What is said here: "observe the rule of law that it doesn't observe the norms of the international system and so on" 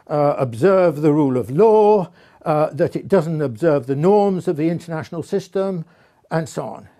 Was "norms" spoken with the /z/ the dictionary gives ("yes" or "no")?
yes